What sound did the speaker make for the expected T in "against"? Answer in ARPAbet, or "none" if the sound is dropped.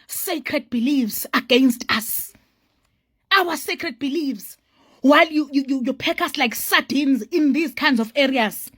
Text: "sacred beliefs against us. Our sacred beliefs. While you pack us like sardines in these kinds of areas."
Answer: T